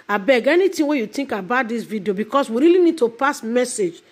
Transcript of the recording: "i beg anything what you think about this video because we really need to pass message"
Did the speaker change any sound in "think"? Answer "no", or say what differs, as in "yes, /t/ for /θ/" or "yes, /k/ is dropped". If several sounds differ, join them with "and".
yes, /t/ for /θ/